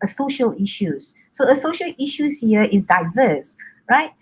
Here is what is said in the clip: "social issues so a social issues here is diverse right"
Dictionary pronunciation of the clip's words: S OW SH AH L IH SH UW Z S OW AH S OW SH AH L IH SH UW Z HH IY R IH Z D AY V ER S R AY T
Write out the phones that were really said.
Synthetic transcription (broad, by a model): S OW SH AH L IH SH UW S OW AH S OW SH AH L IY SH UW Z HH IY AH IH S D AY V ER S R AY T